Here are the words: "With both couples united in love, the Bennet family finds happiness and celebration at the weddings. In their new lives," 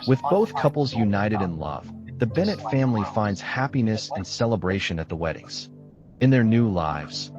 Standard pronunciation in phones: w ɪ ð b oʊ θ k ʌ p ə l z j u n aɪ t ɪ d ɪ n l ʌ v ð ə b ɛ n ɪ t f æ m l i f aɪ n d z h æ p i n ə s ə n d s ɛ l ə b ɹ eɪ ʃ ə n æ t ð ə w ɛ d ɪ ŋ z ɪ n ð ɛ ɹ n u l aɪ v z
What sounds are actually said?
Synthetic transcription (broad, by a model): w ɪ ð b oʊ θ k ʌ p l z j u n aɪ t ɪ d ɪ n l ʌ v ð ə b ɛ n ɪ t f æ m l i f aɪ n d z h æ p i n ə s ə n s ɛ l ə b ɹ eɪ ʃ ə n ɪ t ð ə w ɛ d ɪ ŋ z ɪ n ð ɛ ɹ n u l aɪ v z